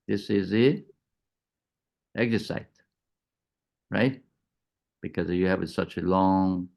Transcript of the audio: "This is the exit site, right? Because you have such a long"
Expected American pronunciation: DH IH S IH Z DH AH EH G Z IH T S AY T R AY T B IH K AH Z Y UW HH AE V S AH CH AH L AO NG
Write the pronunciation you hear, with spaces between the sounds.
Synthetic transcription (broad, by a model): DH IH S IH Z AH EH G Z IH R S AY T R AY T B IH K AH Z Y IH HH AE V S AH CH AH L AO NG